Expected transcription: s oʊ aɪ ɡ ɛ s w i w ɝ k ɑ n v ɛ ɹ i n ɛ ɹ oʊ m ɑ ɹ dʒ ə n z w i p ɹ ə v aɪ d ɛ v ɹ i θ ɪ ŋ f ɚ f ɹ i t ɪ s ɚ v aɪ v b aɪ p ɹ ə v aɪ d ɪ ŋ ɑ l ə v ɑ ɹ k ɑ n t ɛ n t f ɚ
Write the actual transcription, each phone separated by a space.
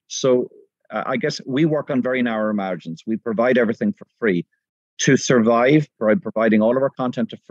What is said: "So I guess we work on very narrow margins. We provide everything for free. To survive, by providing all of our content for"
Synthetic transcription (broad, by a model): s oʊ aɪ ɡ ɛ s w i w ɝ k n v ɛ ɹ i n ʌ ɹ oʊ m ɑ ɹ dʒ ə n s w i p ɹ ə v aɪ d ɛ v ɹ i θ ɪ ŋ f ɚ f ɹ i t ɪ s ɚ v aɪ v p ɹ p ɹ ə v aɪ d ɪ ŋ ɑ l ə v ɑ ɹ k ɑ n t ɛ n t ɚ